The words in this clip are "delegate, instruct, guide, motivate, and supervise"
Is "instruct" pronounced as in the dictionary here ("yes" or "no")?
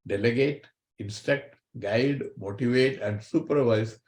no